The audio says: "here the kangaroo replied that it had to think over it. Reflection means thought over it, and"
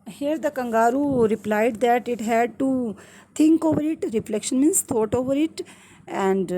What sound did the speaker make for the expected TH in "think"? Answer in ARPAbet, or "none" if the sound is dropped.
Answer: T